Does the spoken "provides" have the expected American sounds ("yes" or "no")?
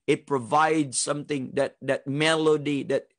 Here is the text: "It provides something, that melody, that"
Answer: yes